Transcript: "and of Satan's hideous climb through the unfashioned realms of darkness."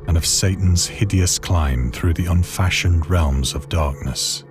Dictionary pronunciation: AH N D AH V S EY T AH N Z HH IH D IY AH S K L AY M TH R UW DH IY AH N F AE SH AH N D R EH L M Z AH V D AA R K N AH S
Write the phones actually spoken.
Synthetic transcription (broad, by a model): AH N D AH V S EY T N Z HH IH D IY AH S K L AY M TH R UW DH IY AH N F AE SH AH N D R EH L M Z AH V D AA R K N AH S